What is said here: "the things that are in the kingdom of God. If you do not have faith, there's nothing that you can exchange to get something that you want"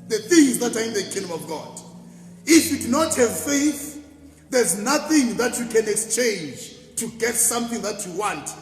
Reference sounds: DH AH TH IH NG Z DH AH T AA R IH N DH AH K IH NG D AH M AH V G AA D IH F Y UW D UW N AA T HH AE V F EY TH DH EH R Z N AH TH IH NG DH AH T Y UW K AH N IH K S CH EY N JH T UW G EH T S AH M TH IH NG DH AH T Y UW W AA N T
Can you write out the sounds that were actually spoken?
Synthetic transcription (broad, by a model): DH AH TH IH NG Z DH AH T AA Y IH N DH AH K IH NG D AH M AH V G AA D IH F Y UW D UW N AA T HH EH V F EY TH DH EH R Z N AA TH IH NG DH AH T Y UW K AH N IH K S CH EY N JH T UW G EH T S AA M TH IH NG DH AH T Y UW W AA N T